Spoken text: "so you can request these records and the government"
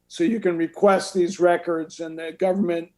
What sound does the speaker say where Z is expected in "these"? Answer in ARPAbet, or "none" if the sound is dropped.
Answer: Z